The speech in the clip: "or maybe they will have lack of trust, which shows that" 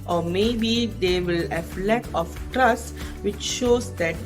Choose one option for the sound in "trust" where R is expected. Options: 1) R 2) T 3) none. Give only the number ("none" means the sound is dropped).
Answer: 1